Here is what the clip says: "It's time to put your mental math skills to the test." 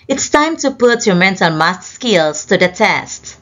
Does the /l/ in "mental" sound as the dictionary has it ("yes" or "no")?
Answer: no